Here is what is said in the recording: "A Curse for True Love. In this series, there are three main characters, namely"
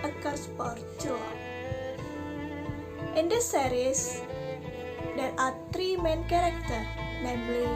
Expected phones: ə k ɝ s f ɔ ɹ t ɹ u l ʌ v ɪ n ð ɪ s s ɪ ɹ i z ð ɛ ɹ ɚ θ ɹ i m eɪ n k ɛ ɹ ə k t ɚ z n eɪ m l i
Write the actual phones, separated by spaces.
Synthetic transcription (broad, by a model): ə k ɝ s p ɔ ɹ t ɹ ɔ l ɪ n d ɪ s s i ɹ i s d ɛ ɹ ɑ t ɹ i m eɪ n k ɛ ɹ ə k t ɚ n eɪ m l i